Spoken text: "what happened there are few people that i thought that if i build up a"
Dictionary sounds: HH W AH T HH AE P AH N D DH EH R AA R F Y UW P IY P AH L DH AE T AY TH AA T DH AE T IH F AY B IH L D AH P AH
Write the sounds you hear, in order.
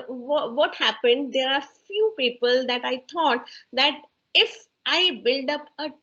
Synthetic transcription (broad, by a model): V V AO T HH AE P AH N D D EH R AA R F Y UW P IY P AH L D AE T AY T AA T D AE T IH F AY B IH L D AH P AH